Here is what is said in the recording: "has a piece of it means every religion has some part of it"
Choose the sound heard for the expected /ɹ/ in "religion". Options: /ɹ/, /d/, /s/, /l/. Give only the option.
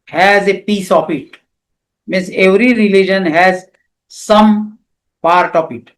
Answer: /ɹ/